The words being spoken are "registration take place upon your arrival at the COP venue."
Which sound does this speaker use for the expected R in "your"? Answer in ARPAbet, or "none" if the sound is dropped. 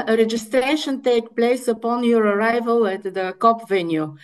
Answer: R